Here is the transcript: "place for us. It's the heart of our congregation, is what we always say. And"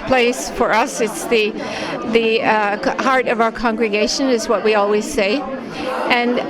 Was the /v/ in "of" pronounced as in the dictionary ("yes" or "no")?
yes